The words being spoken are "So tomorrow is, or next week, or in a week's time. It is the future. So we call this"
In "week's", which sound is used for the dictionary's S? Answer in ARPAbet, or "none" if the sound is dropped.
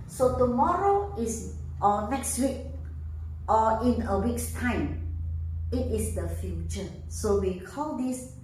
S